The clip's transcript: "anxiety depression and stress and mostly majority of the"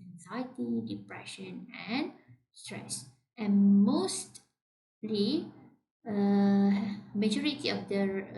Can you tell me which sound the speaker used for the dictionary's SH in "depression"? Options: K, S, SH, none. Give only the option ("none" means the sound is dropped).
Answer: SH